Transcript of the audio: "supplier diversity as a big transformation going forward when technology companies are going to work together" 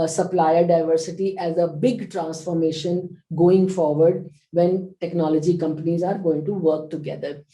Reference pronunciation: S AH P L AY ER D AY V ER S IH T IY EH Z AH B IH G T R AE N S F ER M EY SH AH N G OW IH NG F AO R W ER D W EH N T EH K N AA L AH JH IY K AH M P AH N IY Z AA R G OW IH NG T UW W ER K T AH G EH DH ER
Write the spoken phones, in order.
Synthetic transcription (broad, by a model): S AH P L AY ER D AY V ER S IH T IY EH Z AH B IH G T R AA N S F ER M EY SH AH N G OW IH NG F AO R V ER D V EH N T EH K N AA L AH JH IY K AH M P AH N IY Z AA R G OW IH NG T UW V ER K T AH G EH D ER